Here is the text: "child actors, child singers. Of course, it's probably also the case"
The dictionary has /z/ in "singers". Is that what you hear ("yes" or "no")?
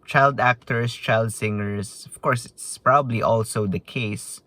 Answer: no